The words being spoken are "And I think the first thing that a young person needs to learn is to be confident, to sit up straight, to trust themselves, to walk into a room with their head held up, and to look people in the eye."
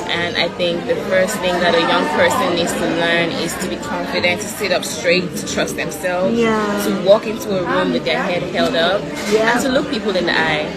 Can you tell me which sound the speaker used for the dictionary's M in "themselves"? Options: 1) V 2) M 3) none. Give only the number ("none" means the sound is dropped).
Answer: 2